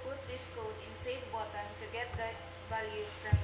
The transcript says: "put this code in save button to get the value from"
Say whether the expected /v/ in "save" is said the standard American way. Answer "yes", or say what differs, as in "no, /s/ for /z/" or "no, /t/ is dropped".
no, /f/ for /v/